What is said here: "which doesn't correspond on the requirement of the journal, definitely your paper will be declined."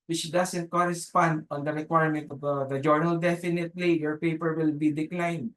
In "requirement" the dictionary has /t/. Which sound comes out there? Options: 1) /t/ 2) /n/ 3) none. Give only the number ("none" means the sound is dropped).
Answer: 1